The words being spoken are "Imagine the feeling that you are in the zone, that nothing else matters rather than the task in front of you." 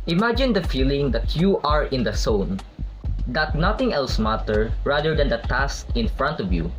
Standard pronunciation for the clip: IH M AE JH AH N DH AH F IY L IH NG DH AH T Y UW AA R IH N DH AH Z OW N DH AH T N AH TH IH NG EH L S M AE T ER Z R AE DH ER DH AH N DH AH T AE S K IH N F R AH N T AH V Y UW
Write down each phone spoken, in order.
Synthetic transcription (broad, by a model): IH M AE JH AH N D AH F IY L IH NG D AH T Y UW AA R IH N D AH S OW N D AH T N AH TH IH NG EH L S M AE T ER R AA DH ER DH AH N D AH T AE S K IH N F R AH N T AH V Y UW